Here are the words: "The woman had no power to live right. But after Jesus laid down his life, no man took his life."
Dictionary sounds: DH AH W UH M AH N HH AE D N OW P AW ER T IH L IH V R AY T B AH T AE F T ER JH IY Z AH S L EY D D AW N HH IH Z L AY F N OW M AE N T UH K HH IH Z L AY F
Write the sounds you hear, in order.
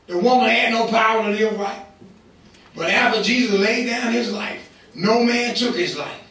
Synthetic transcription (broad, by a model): DH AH W UH M AH N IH D N OW P AW ER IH N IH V R AY T B AH T AE F T ER JH IY Z AH S L EY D D AW N IH Z L AY F N OW M AE N T UH K HH IH Z L AY F